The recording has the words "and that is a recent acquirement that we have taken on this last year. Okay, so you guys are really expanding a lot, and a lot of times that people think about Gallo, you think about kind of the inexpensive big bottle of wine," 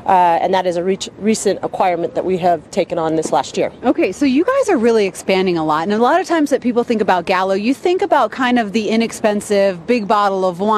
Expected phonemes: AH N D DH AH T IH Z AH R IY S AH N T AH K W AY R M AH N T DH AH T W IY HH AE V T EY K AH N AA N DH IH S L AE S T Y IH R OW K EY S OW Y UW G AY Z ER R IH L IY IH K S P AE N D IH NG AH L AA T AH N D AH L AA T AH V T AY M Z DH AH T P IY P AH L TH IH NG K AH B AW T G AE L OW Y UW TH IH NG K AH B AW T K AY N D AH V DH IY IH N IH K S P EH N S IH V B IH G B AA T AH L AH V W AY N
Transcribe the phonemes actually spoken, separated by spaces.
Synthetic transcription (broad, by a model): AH N DH AH T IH Z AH R IY S AH N T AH K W AY R M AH N DH AH T W IY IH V T EY K AH N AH N DH IH S L AE S T Y IH R OW K EY S OW Y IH G AY Z ER R IH L IY IH K S P AE N D IH NG AH L AA T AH N AH L AA T AH V T AY M Z DH AH T P IY P L TH IH NG K AH B AW T G AE L OW Y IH TH IH NG K AH B AW T K AY N D AH V DH IY IH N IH K S P EH N S IH V B IH G B AA T L AH V W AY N